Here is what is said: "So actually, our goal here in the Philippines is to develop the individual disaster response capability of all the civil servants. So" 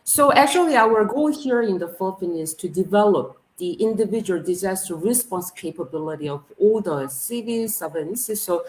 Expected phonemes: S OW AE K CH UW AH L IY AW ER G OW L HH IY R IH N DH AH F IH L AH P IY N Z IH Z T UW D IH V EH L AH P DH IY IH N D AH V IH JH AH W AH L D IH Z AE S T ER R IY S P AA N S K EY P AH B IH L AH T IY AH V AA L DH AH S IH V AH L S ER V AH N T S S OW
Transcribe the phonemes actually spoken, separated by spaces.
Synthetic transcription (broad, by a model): S OW AE K CH UW AH L IY AW ER G OW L HH IY R IH N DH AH F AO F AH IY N IH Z T UW D IH V EH L AH P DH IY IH N D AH V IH JH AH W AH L D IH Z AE S T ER R IY S P AA N S K EY P AH B IH L AH T IY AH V AA L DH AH S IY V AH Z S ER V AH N S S S OW